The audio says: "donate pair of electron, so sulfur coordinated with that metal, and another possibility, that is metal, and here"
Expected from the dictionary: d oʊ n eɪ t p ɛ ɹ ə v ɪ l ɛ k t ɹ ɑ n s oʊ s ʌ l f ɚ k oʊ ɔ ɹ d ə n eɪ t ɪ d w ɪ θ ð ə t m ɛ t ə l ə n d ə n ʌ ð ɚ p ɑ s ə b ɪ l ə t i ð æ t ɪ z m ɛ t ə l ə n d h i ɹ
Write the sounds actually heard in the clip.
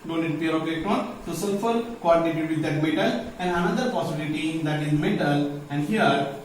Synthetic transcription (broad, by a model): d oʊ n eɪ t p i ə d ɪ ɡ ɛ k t ɑ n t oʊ s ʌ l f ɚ k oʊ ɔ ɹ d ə n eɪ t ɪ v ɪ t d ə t m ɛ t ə l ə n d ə n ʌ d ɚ p ɑ s ə b ɪ l ə t i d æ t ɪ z m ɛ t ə l ə n d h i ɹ